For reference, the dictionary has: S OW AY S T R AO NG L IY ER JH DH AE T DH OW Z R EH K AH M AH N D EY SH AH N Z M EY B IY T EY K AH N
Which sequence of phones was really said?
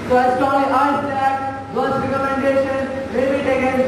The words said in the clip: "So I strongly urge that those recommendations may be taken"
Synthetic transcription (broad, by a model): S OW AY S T AO L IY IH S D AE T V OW S R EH K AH M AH N D EY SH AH N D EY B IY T EY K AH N